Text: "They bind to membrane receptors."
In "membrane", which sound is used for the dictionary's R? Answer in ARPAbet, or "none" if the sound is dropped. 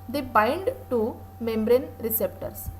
R